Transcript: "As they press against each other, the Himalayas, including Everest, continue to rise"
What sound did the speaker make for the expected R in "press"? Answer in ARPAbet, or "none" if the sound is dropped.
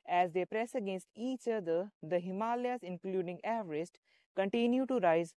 R